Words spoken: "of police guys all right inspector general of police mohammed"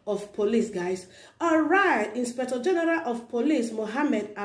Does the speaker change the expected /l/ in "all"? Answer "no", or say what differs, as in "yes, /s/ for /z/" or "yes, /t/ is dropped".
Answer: yes, /n/ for /l/